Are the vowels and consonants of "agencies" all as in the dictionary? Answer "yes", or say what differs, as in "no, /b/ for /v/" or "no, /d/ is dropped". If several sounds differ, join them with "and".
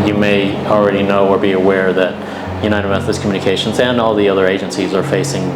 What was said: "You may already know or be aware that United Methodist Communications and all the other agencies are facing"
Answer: yes